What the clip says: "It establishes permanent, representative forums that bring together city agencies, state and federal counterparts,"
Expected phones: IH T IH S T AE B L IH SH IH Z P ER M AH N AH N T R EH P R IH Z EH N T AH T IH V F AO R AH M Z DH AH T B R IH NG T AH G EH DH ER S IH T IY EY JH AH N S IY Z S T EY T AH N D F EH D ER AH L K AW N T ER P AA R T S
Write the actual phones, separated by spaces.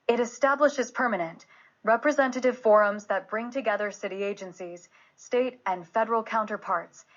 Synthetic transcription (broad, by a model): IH T IH S T AE B L IH SH IH Z P ER M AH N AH N T R EH P R IH Z EH N T AH T IH V F AO R AH M Z DH AH T B R IH NG T AH G EH DH ER S IH T IY EY JH AH N S IY Z S T EY T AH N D F EH D ER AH L K AW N T ER P AA R T S